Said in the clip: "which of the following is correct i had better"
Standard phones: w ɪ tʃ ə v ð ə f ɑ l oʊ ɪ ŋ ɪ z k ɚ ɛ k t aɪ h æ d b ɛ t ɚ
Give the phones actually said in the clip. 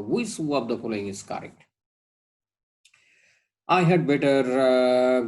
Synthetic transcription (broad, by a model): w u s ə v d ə p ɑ l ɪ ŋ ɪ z k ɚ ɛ k t aɪ h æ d b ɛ t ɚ